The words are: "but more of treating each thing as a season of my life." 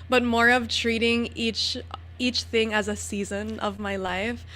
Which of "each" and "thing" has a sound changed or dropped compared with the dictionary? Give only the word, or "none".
none